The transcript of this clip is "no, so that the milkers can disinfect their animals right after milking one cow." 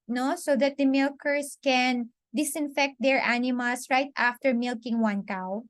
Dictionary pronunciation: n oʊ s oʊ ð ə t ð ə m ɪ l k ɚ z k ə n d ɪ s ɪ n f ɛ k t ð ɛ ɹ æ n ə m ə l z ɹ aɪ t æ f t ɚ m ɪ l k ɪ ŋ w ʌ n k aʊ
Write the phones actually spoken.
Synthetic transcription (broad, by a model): n oʊ s oʊ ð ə t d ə m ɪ l k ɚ s k ə n d ɪ s ɪ n f ɛ k t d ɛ ɹ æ n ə m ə l s ɹ aɪ t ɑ f t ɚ m ɪ l k ɪ ŋ w ʌ n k aʊ